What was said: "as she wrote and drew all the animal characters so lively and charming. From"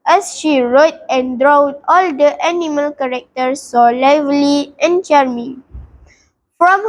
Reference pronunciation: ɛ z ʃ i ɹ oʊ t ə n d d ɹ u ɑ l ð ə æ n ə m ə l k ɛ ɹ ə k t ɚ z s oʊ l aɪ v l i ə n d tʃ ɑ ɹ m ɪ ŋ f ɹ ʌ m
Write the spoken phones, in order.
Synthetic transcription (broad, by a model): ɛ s ʃ i ɹ oʊ t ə n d d ɹ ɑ ɑ l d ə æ n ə m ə l k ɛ ɹ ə k t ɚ s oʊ l aɪ v l i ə n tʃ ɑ ɹ m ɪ f ɹ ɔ m